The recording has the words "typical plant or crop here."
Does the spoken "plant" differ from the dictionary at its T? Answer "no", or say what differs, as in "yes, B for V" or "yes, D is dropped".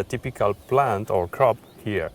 no